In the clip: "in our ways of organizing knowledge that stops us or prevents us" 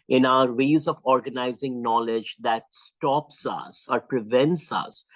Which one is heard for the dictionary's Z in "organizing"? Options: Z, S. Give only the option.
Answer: Z